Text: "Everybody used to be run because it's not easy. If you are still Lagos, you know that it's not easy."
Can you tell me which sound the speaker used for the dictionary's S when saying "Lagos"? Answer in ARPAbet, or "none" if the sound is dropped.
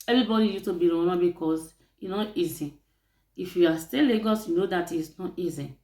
S